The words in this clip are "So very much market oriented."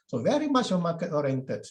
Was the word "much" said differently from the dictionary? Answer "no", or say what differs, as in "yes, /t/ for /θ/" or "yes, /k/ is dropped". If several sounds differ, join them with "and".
yes, /ʃ/ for /tʃ/